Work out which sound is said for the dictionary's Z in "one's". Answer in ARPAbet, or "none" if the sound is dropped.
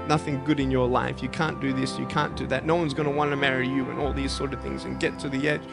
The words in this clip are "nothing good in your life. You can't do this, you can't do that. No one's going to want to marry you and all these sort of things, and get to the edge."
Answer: Z